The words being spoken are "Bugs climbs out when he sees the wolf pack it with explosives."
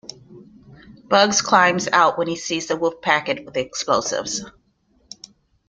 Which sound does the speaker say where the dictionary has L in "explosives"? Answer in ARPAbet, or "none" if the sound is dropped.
L